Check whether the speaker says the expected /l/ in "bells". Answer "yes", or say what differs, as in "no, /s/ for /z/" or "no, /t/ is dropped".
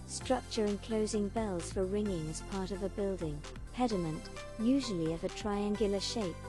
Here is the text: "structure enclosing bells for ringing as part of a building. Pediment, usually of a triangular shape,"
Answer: yes